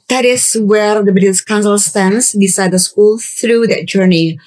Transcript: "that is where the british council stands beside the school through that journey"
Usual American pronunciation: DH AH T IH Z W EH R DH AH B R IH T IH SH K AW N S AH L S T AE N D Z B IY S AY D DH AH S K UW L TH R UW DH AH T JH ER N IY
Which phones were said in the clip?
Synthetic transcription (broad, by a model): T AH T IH S W EH R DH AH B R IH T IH S K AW N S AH L S T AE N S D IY S AY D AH S K UW L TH R UW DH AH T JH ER N IY